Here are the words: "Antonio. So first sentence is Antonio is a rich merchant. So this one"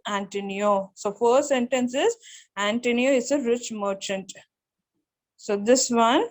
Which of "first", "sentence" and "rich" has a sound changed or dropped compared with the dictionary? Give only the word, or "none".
first